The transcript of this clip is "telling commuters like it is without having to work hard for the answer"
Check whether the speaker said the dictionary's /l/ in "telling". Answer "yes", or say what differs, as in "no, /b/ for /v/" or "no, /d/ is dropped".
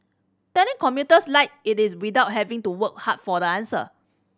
no, /n/ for /l/